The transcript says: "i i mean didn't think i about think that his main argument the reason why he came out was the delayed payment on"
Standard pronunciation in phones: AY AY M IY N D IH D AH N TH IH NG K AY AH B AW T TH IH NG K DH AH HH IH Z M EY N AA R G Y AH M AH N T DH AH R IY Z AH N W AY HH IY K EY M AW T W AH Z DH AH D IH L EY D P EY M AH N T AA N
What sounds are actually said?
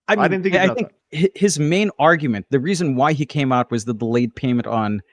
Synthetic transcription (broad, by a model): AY AY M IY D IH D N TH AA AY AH TH IH NG K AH HH IH Z M EY N AA R G Y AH M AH N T DH AH R IY Z AH N W AY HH IY K EY M AW T W AH Z DH AH D IH L EY D P EY M AH N T N